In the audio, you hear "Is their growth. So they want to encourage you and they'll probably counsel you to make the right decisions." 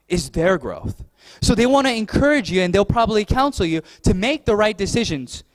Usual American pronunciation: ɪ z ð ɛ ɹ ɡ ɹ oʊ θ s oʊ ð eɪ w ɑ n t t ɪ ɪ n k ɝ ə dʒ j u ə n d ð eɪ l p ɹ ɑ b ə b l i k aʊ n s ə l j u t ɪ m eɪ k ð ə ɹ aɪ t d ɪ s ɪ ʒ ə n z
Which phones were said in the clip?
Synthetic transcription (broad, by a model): ɪ z ð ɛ ɹ ɡ ɹ oʊ θ s oʊ ð eɪ w ɑ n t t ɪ ɪ n k ɝ ə dʒ j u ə n ð eɪ l p ɹ ɑ b ə b l i k aʊ n s l j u t ɪ m eɪ k ð ə ɹ aɪ t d ɪ s ɪ ʒ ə n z